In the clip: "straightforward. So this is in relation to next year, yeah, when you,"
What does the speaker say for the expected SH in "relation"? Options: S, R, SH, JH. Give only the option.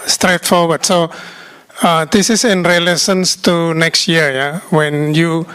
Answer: S